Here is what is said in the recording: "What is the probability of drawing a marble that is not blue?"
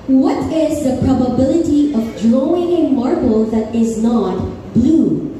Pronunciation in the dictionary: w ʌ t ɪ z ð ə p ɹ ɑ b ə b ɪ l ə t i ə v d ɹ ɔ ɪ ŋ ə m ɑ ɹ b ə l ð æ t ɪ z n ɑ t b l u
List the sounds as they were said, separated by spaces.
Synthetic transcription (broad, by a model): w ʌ t ɪ z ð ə p ɹ ɑ b ə b ɪ l ə t i ə v d ɹ ɔ ɪ ŋ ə m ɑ ɹ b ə l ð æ t ɪ z n ɑ t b l u